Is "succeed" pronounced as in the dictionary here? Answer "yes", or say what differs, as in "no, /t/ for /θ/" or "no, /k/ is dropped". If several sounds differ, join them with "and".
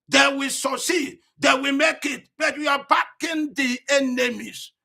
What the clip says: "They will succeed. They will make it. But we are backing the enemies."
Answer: no, /k/ is dropped